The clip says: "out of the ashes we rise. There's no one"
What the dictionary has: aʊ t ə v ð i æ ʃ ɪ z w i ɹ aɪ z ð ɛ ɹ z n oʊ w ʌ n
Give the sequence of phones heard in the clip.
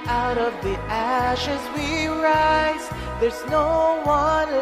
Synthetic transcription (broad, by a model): aʊ t ə v ð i æ ʃ ɪ z w i ɹ aɪ z ð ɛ ɹ z n oʊ w ʌ n